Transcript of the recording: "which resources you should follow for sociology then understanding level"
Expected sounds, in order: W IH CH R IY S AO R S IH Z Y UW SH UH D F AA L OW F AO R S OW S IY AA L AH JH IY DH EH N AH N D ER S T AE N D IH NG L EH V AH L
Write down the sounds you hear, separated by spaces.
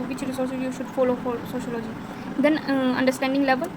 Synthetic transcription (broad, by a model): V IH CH R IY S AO R S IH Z Y UW SH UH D F AA L OW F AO L S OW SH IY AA L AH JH IY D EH N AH N D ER S T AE N D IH NG L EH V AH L